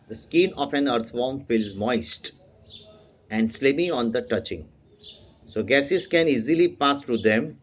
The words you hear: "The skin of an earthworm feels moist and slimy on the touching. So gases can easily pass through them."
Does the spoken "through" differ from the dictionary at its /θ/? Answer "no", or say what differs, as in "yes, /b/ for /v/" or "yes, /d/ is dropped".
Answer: yes, /t/ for /θ/